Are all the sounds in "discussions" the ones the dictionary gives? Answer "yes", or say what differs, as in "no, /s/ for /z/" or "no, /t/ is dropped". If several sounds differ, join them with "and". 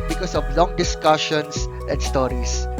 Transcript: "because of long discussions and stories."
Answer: no, /s/ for /z/